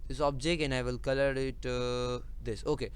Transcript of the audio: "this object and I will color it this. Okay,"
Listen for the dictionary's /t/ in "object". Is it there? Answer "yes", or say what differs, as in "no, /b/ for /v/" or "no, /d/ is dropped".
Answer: no, /t/ is dropped